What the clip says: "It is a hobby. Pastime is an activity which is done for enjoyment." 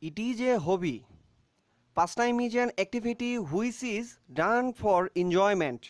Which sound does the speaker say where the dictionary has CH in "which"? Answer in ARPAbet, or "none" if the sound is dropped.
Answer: S